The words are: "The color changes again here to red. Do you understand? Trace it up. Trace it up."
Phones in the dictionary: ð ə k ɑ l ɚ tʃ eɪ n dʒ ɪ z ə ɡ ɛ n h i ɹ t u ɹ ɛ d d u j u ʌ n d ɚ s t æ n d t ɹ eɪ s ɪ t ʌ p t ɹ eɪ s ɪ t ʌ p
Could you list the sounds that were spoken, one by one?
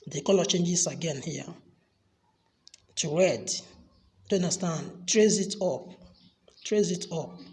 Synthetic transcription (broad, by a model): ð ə k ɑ l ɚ tʃ eɪ n dʒ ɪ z ə ɡ ɛ n h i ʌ t u ɹ ɛ d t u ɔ n d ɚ s t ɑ n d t ɹ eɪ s ɪ t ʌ p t ɹ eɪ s ɪ t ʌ p